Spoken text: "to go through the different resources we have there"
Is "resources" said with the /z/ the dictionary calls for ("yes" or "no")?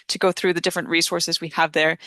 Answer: yes